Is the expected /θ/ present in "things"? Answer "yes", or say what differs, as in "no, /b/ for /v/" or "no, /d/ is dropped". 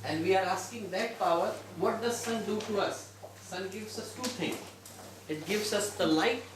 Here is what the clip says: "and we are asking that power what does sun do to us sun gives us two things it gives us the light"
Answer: no, /t/ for /θ/